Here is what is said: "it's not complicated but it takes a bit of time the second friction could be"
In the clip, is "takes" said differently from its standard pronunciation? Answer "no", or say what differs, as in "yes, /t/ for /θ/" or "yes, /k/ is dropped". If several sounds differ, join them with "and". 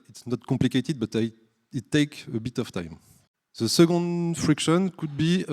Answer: yes, /s/ is dropped